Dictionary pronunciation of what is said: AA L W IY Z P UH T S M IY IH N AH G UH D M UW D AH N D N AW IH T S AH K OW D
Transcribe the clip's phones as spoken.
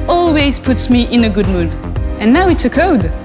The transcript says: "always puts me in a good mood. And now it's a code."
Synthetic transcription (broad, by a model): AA L W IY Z P UH T S M IY IH N AH G UH D M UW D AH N N AW IH T S AH K OW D